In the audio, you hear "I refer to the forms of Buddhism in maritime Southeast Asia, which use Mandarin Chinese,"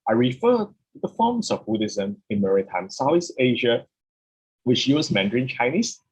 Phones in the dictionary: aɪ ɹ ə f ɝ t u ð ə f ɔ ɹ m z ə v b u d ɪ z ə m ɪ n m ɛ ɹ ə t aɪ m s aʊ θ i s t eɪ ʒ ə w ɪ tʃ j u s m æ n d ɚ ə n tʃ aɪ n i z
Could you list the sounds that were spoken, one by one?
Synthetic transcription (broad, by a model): aɪ ɹ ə f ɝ t u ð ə f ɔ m s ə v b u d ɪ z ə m ɪ n m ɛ ɹ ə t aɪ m s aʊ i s eɪ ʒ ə w ɪ tʃ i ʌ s m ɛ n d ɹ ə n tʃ aɪ n i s